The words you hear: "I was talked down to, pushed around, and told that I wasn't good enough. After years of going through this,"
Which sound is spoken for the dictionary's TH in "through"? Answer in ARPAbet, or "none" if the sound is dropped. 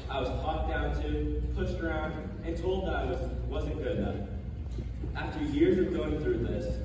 TH